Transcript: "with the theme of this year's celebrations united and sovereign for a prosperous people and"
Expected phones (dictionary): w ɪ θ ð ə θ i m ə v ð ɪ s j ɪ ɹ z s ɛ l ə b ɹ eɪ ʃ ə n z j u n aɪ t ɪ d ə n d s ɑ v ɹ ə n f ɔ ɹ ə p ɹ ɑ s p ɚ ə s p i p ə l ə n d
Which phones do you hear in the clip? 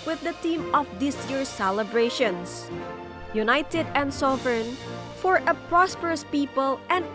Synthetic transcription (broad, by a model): w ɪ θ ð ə t i m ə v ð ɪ s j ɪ ɹ s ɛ l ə b ɹ eɪ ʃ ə n s j u n aɪ t ɪ d ə n d s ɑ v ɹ n f ɔ ɹ ə p ɹ ɑ s p ɚ ə s p i p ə l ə n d